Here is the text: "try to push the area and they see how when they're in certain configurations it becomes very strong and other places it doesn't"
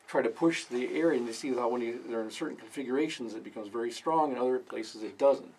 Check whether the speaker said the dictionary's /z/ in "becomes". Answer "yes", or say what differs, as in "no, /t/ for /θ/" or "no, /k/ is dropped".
yes